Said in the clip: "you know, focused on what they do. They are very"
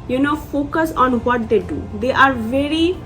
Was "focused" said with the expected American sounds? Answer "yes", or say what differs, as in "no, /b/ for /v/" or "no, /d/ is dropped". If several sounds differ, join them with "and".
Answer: no, /t/ is dropped